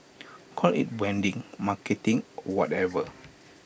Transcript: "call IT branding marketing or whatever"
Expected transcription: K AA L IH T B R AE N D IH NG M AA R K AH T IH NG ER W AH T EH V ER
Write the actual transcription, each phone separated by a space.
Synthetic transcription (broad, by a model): K AA L IH T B EH N D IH NG M AA K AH T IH NG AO W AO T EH V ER